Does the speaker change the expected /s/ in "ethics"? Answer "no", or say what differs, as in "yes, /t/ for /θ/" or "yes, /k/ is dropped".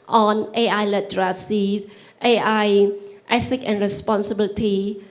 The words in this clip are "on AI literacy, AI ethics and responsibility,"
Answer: yes, /s/ is dropped